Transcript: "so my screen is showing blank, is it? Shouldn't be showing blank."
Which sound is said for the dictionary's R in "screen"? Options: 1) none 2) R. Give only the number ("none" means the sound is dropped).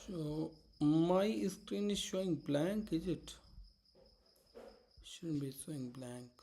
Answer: 2